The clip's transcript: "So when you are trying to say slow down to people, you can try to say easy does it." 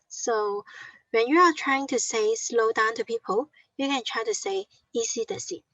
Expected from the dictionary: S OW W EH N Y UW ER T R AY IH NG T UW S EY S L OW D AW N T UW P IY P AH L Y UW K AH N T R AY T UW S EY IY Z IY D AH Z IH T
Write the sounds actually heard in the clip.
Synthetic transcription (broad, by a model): S OW W EH N Y UW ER T R AY IH NG T UW S EY S L OW D AW N T UW P IY P AH L Y UW K AH N T R AY T UW S EY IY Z IY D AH S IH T